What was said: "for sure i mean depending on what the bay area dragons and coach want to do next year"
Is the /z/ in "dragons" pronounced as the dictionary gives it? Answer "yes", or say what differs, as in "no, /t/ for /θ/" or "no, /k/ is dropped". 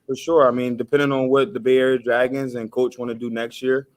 yes